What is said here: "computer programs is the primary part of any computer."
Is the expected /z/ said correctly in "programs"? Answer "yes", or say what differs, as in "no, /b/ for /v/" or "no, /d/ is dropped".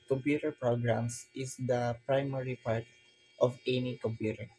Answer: no, /s/ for /z/